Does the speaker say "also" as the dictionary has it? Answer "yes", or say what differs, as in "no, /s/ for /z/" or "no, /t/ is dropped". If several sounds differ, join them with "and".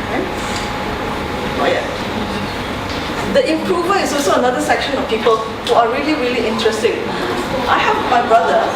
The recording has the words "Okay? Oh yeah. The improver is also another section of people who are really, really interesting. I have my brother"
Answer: yes